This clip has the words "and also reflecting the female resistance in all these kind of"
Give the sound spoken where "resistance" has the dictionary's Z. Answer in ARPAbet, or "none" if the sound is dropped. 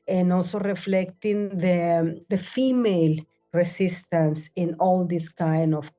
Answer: S